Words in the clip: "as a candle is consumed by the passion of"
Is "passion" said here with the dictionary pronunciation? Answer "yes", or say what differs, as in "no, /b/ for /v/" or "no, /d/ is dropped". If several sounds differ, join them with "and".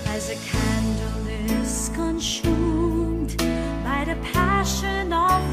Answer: yes